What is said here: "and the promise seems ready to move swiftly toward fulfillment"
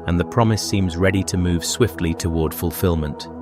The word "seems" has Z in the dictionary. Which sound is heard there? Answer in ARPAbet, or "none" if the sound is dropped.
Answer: Z